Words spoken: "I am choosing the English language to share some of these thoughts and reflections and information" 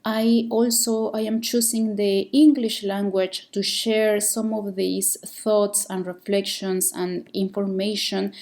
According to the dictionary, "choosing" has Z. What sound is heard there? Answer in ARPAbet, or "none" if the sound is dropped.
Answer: S